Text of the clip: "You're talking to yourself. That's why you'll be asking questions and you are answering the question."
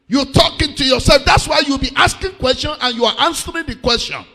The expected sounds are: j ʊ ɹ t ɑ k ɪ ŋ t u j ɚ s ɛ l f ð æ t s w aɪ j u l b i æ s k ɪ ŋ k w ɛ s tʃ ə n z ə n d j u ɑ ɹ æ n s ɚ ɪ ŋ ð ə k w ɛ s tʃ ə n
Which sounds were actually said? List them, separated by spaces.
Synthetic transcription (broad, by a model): j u t ɑ k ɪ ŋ t u j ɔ s ɛ l f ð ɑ t s w aɪ j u w b i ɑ s k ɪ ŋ k w ɛ s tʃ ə n ə n j u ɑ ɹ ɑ n s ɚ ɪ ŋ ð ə k w ɛ s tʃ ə n